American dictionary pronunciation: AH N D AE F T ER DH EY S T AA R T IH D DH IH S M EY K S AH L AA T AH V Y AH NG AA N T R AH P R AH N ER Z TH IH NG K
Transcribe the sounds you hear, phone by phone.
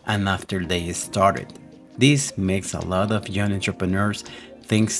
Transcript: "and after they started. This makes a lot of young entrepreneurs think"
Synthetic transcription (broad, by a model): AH N AE F T ER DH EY S T AA R T IH D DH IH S M EY K S AH L AA T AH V Y AH NG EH N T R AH P R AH N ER S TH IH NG K